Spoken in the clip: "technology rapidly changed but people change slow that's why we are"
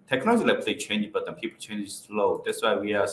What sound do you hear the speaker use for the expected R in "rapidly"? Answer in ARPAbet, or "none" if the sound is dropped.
L